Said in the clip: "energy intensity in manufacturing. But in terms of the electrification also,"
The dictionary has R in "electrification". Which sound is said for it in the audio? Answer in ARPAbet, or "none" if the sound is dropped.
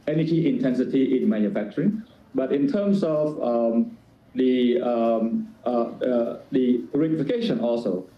none